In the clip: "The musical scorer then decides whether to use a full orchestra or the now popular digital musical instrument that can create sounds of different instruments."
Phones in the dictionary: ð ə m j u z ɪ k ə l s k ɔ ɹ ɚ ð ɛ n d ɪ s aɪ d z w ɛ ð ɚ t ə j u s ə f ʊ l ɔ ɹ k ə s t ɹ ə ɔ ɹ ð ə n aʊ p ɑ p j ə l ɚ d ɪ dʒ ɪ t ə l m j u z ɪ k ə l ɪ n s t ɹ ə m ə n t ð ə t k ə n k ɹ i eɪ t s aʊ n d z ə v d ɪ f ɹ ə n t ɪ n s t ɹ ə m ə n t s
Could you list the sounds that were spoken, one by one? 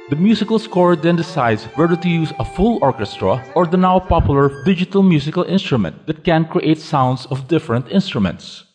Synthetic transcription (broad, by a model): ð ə m j u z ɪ k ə l s k ɔ ɹ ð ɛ n d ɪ s aɪ d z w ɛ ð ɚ t ə j u s ə f ʊ l ɔ ɹ k ə s t ɹ ə ɔ ɹ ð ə n aʊ p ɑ p j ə l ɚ d ɪ dʒ ɪ t ə l m j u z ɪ k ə l ɪ n s t ɹ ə m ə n t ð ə t k ə n k ɹ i eɪ t s aʊ n d s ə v d ɪ f ɹ ə n t ɪ n s t ɹ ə m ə n t s